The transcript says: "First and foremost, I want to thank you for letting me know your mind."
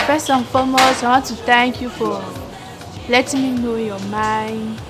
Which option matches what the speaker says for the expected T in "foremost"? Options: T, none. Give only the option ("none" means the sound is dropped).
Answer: none